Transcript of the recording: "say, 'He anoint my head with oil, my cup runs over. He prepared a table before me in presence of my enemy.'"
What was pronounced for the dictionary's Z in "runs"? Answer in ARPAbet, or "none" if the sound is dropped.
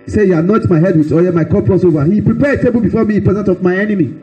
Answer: S